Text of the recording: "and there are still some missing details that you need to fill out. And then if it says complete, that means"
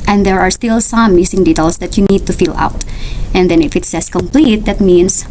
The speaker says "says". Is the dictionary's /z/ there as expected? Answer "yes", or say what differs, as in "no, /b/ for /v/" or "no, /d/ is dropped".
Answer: no, /s/ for /z/